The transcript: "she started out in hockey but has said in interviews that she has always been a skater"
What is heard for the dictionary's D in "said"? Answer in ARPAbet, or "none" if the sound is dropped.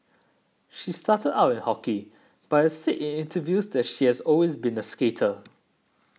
none